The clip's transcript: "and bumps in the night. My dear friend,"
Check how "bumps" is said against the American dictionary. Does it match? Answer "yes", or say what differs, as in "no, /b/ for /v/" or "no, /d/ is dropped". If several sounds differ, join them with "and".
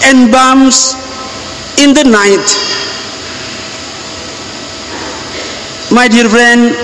no, /p/ is dropped